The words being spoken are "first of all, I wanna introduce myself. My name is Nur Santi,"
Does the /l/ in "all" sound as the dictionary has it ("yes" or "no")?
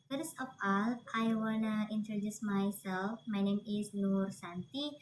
yes